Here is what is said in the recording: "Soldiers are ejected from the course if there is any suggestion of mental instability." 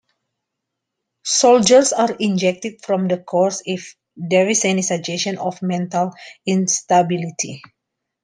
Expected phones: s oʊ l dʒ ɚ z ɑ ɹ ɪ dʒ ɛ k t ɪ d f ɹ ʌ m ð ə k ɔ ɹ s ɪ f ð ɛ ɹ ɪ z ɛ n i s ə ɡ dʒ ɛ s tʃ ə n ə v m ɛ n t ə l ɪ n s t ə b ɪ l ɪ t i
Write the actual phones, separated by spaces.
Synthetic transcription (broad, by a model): s oʊ l dʒ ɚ s ɑ ɹ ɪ dʒ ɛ k t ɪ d f ɹ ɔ m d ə k ɔ ɹ s ɪ f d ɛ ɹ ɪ s ɛ n i s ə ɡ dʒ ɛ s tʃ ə n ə f m ɛ n t ə l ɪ n s t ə b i l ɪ t i